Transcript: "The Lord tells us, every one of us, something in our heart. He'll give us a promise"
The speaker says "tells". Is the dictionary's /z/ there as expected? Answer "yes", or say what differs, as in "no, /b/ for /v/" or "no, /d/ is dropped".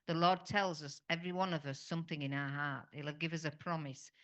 yes